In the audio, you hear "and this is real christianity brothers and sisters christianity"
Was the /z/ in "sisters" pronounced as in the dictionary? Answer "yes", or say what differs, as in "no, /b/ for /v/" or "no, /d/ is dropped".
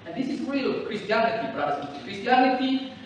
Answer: no, /z/ is dropped